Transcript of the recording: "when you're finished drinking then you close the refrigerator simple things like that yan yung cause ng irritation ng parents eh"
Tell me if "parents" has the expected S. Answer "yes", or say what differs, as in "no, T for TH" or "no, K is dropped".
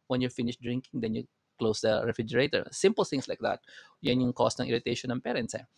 yes